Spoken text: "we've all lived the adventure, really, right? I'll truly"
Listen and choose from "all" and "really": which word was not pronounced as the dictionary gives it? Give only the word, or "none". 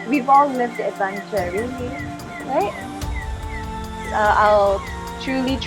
really